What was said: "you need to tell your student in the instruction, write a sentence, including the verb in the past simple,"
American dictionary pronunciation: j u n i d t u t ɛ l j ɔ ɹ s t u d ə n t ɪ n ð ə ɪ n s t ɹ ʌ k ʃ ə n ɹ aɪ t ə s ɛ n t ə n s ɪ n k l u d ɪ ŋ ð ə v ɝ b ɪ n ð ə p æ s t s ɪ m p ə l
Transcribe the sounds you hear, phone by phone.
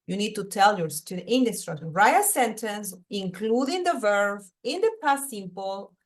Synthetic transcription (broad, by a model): j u n i d t u t ɛ l j ɔ ɹ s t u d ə t ɪ n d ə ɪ s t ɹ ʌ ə ɹ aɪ ə s ɛ n t ə n s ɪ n k l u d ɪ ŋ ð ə v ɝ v ɪ n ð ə p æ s s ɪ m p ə l